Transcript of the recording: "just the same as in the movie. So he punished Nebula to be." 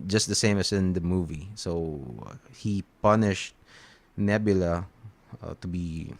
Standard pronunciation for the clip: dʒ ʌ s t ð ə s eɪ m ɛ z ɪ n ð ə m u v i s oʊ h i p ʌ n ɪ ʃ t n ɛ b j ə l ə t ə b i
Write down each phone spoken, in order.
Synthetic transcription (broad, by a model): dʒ ʌ s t ð ə s eɪ m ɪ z ɪ n ð ə m u v i s oʊ h i p ʌ n ɪ ʃ t n ɛ b j ə l ə t ə b i